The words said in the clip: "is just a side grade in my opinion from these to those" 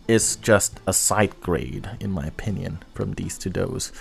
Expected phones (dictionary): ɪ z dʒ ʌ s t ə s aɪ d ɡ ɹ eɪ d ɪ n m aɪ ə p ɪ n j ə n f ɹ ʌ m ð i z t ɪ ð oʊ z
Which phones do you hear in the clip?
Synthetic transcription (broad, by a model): ɪ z dʒ ʌ s t ə s aɪ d ɡ ɹ eɪ d ɪ n m aɪ ə p ɪ n j ə n f ɹ ʌ m ð i z t ɪ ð oʊ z